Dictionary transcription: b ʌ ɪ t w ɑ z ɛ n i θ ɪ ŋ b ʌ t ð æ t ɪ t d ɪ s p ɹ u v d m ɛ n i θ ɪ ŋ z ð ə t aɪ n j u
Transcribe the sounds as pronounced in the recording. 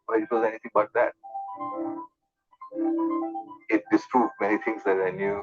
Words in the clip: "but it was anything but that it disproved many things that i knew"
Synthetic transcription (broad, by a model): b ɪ ɪ t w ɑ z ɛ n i t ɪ ŋ b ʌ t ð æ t ɪ t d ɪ s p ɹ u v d m ɛ n i t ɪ ŋ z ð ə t aɪ n j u